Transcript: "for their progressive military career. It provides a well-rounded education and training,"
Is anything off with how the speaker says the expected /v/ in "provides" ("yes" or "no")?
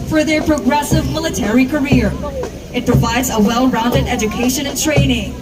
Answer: no